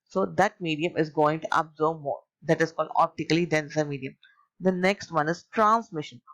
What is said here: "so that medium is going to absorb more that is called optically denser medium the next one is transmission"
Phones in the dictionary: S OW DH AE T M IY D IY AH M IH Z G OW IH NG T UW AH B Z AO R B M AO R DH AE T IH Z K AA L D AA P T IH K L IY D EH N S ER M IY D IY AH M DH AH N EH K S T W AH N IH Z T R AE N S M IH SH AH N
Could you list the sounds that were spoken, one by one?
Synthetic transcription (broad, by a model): S OW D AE T M IY D IY AH M IH Z G OW IH NG T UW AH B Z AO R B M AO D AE T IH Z K AA L D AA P T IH K L IY D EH N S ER M IY D IY AH M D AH N EH K S T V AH N IH Z T R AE N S M IH SH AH N